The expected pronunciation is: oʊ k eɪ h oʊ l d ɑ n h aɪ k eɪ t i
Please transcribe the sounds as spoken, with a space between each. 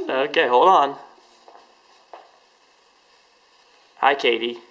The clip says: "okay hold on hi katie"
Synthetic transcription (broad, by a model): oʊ k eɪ h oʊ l ɑ n h aɪ k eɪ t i